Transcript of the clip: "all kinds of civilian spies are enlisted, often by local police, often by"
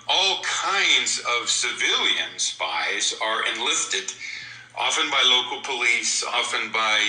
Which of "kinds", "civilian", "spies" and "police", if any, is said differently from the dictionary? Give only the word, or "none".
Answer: none